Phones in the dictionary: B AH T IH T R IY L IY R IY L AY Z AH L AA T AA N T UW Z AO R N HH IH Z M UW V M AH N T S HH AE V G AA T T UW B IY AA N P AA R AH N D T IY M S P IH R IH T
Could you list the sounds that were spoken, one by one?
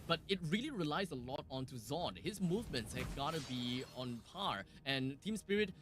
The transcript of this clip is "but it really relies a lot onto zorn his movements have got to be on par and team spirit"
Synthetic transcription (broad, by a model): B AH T IH T R IY L IY R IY L AY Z AH L AA T AA N T UW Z AO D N HH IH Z M UW V M AH N T S HH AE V G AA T T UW B IY AA N P AA R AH N T IY M S P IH R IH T